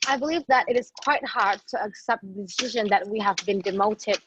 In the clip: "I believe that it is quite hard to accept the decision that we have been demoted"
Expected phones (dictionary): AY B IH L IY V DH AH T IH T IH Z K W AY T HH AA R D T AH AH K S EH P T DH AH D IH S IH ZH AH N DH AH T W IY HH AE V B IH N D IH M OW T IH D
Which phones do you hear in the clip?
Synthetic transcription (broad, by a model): AY B IH L IY V DH AH T IH T IH Z K W AY T HH AA R D T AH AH K S EH P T DH AH D IH S IH ZH AH N DH AH T W IY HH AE V B IH N D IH M OW T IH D